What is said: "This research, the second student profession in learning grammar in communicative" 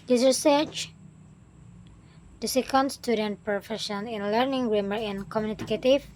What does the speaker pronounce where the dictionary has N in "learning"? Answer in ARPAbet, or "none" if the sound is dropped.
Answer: N